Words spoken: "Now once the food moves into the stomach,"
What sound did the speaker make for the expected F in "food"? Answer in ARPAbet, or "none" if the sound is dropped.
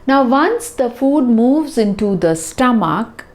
F